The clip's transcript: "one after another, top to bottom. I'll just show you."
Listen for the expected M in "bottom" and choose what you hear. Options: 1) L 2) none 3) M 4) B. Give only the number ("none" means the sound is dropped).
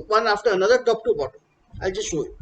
2